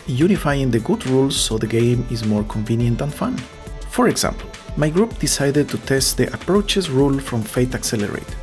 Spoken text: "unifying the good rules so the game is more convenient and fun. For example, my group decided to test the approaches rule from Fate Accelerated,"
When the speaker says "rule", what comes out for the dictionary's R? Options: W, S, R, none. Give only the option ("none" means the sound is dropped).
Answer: R